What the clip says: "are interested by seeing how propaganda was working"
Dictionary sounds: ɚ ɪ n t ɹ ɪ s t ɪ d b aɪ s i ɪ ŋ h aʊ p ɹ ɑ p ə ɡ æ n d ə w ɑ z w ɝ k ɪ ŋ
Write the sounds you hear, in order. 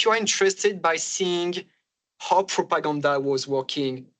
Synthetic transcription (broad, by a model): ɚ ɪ n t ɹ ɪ s t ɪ d b aɪ s i ɪ ŋ h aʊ p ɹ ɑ p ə ɡ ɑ n d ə w ɑ z w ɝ k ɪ ŋ